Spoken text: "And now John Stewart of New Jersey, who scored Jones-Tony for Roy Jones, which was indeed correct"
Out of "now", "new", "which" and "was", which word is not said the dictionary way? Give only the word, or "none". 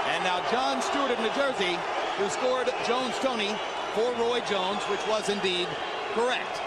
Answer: none